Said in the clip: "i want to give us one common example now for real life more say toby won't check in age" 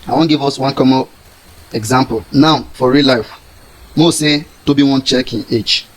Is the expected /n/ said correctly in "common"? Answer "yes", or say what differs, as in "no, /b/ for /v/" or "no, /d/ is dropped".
no, /n/ is dropped